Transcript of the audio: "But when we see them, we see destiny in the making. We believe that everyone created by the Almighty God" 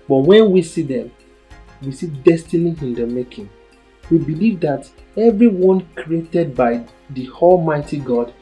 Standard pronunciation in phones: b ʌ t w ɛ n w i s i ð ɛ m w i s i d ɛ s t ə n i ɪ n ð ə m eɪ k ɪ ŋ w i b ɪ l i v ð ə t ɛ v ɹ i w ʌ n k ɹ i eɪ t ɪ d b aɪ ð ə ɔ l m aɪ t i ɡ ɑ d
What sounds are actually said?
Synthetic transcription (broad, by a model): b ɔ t w ɛ n w i s i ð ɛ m w i s i d ɛ s t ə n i ɪ n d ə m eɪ k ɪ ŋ w i b ɪ l i v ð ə t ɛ v ɹ i w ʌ n k ɹ i eɪ t ɪ d b aɪ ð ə ɔ l m aɪ t i ɡ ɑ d